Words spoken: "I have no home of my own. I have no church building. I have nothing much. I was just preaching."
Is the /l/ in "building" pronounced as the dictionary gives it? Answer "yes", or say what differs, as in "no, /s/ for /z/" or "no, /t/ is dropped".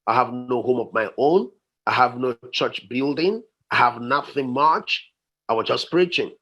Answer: yes